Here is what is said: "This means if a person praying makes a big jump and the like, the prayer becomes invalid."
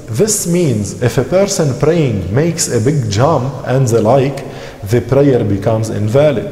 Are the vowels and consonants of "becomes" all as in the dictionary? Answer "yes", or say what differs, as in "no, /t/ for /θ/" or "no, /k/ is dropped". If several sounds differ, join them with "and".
yes